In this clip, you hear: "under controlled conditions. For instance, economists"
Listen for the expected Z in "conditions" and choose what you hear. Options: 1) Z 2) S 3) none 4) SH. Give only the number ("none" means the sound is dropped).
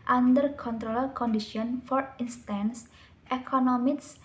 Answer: 3